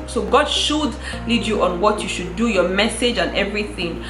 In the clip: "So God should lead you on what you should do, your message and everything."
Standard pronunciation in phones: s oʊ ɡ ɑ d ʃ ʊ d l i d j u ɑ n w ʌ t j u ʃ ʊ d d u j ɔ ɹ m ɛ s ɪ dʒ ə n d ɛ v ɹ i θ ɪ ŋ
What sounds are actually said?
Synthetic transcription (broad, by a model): s oʊ ɡ ɑ d ʃ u d l i d j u ɑ n w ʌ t j u ʃ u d d u j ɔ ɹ m ɛ s ɪ dʒ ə n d ɛ v ɹ i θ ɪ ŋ